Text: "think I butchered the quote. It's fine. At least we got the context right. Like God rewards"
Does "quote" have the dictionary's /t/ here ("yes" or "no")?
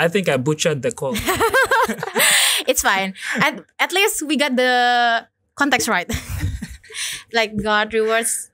no